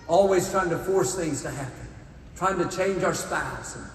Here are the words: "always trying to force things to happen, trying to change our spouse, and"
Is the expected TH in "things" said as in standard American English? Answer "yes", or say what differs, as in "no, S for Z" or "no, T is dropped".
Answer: yes